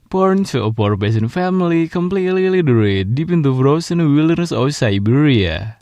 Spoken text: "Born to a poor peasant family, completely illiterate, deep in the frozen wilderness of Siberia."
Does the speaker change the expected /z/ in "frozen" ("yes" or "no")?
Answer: yes